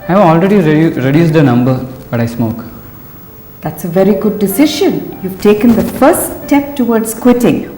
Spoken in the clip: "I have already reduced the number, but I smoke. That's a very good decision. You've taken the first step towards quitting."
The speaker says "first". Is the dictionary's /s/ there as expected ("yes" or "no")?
no